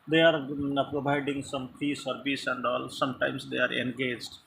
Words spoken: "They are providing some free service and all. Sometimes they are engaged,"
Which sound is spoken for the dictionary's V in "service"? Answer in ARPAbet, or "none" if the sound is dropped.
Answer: B